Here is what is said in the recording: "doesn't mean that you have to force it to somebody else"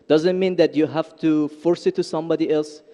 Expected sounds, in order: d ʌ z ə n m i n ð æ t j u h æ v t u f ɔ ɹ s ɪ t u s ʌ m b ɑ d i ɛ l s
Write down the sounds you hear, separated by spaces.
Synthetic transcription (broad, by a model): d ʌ z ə n m i n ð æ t j u h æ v t u f ɔ ɹ s ɪ t u s ʌ m b ɑ d i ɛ l s